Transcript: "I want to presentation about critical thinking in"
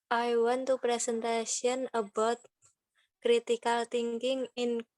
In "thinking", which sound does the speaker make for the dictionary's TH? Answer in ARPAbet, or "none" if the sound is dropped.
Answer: T